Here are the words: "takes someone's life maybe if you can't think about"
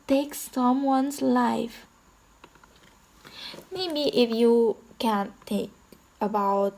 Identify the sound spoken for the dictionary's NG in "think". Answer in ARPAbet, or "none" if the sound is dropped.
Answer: none